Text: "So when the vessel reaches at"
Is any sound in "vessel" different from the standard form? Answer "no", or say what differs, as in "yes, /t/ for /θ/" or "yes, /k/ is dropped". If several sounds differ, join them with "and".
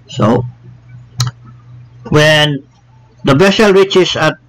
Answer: yes, /b/ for /v/